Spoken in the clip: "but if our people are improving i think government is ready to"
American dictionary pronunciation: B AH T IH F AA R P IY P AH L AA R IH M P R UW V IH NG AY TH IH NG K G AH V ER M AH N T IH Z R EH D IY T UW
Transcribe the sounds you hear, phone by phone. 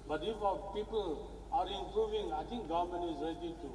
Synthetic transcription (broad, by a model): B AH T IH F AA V P IY P AH L AA R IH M P R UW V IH NG AY T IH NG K G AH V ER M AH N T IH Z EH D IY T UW